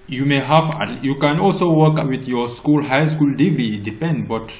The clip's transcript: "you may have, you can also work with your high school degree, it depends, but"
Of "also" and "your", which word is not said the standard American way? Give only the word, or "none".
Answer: your